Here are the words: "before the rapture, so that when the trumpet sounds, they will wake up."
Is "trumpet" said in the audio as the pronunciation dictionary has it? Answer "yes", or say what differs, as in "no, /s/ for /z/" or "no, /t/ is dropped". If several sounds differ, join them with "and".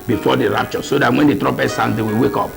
no, /m/ is dropped